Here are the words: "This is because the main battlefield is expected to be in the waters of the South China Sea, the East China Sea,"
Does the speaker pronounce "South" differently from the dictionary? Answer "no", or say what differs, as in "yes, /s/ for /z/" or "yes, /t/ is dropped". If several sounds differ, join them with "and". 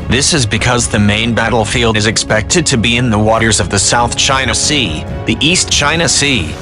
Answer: no